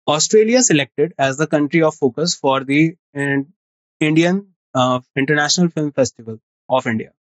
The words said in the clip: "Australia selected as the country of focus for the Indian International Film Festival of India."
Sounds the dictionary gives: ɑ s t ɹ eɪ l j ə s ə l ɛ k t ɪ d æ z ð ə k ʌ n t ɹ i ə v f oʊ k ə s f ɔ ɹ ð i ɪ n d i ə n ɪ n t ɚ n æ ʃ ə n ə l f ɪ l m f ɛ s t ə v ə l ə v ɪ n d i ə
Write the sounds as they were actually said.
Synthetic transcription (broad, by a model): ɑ s t ɹ eɪ l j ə s ə l ɛ k t ɪ d æ z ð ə k ʌ n t ɹ i ə v f oʊ k ə s f ɔ ɹ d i ɪ n d i ə n ɪ n t ɚ n æ ʃ ə n ə l f ɪ l m f ɛ s t ə v ə l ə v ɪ n d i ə